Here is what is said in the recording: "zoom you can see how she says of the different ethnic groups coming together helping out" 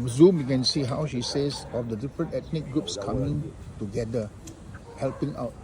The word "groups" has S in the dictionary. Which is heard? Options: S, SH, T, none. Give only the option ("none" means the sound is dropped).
S